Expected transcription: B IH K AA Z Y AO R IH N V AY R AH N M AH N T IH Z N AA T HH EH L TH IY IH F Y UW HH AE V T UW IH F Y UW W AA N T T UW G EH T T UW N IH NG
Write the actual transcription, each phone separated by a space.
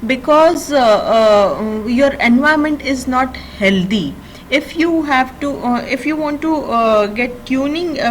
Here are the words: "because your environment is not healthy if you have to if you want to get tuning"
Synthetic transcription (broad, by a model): B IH K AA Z Y AO R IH N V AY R M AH N T IH Z N AA T HH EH L T IY IH F Y UW HH AE V T UW IH F Y UW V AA N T T UW G EH T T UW N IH NG